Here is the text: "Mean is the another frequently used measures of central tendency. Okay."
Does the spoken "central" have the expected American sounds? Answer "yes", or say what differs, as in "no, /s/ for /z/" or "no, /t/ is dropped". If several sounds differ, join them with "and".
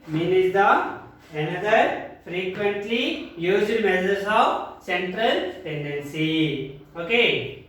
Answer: yes